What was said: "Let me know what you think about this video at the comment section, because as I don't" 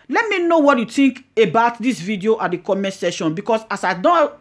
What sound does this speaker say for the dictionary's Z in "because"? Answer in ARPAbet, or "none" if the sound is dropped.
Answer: S